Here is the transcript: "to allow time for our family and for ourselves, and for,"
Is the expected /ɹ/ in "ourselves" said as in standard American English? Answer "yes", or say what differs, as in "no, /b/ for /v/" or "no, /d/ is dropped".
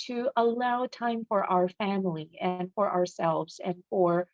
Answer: yes